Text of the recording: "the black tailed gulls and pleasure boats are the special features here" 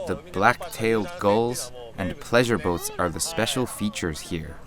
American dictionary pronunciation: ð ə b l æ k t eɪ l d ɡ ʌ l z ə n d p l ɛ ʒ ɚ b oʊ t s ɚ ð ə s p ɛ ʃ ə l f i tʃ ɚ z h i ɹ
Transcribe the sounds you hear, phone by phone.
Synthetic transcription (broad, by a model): ð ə b l æ k t eɪ l d ɡ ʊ l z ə n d p l ɛ ʒ ɚ b oʊ t s ɚ ð ə s p ɛ ʃ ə l f i tʃ ɚ z h i ɹ